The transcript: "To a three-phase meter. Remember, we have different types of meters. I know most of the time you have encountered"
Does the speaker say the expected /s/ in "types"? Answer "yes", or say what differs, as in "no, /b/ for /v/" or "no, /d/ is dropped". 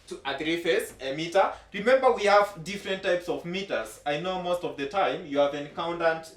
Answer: yes